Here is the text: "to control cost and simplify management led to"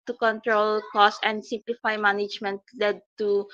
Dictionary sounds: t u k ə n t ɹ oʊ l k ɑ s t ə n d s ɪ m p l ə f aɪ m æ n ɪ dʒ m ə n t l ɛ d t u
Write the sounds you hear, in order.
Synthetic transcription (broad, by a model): t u k ə n t ɹ oʊ l k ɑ s ə n d s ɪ m p l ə f aɪ m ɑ n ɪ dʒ m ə n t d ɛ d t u